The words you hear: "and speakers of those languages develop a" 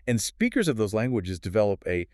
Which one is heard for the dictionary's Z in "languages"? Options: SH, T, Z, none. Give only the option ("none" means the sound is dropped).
Z